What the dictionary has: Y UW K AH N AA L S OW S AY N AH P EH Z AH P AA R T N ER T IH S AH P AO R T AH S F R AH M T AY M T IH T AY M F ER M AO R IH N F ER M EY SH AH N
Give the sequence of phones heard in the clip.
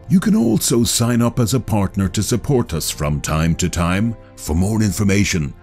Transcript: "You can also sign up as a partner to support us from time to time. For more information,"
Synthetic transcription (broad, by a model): Y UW K AH N AA L S OW S AY N AH P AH Z AH P AA R T N ER T IH S AH P AO R T AH S F R AH M T AY M T IH T AY M F ER M AO R IH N F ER M EY SH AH N